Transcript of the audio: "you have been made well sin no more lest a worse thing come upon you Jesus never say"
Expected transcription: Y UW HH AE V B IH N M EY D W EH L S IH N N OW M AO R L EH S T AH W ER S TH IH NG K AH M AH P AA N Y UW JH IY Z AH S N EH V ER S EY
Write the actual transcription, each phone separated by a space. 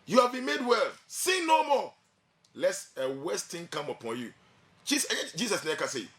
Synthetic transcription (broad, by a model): Y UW HH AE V B IH N M EY D W EH L S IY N N OW M AO L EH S AH W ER S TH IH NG K AH M AH P AA N Y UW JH IY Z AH S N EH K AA S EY